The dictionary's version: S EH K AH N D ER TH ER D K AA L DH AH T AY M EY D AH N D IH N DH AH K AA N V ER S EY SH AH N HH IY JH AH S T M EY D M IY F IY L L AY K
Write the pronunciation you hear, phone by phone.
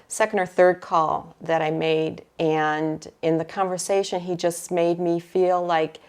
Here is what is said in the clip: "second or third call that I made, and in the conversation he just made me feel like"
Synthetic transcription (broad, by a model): S EH K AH N D ER TH ER D K AA L DH AH T AY M EY D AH N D IH N DH AH K AA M V ER S EY SH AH N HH IY JH AH S T M EY D M IY F IY L L AY K